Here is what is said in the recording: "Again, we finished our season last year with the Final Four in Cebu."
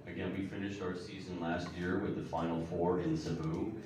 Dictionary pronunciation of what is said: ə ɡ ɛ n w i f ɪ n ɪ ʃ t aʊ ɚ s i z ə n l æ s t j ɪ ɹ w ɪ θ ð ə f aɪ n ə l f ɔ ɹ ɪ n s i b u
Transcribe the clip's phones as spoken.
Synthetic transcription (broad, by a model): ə ɡ ɛ n w i f ɪ n ɪ ʃ t aʊ ɚ s i z ə n l æ s t j ɪ ɹ w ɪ ð ə f aɪ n l f ɔ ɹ ɪ n s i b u